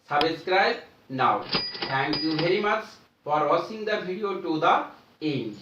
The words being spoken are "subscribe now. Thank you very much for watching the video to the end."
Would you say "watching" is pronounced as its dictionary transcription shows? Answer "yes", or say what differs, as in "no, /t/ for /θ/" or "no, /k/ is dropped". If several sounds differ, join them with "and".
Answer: no, /s/ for /tʃ/